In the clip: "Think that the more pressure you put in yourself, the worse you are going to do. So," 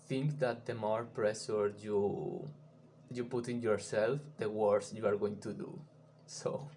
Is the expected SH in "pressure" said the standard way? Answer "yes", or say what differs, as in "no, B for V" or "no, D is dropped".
no, S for SH